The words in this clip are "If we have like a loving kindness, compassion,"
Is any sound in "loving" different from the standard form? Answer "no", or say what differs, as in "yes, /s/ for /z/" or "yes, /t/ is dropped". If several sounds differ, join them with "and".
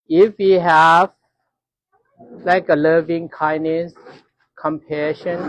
no